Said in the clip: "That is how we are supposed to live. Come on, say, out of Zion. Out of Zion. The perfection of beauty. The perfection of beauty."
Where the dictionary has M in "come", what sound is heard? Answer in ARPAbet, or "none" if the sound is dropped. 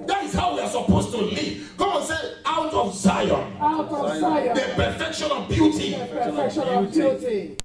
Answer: none